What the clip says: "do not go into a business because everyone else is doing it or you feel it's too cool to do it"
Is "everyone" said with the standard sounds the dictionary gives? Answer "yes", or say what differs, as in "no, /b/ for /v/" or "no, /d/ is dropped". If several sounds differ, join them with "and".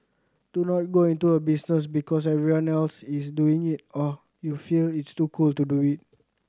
no, /v/ is dropped